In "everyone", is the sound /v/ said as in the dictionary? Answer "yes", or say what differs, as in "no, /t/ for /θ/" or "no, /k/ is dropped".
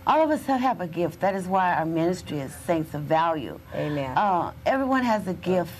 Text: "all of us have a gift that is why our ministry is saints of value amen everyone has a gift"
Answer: yes